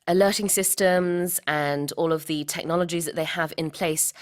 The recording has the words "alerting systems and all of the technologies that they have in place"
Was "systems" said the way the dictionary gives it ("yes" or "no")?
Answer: yes